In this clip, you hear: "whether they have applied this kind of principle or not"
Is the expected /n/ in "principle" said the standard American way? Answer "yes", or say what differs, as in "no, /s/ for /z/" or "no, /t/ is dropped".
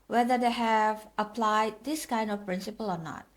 yes